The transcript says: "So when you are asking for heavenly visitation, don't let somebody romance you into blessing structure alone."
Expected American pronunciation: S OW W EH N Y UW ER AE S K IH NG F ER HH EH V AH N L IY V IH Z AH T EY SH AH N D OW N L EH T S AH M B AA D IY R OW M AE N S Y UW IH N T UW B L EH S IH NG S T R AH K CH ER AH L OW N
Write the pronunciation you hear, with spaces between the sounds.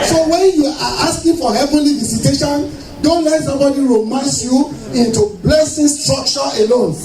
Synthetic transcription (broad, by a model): S OW W EH N Y UW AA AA S K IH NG F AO HH EH V AH N L IY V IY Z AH T EY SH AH N D OW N L EH T S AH M B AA D IY R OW M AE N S Y UW IH N T UW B L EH S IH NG S T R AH K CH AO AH L OW N